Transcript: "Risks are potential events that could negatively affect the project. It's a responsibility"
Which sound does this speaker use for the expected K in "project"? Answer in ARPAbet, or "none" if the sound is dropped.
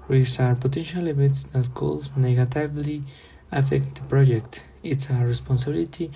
K